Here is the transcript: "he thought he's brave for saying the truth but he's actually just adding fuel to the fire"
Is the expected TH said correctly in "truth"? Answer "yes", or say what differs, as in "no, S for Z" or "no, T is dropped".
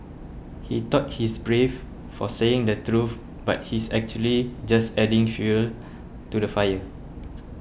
no, F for TH